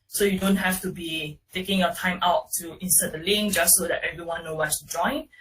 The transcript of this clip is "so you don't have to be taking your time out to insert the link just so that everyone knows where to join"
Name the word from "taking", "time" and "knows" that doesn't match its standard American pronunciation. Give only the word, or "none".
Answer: knows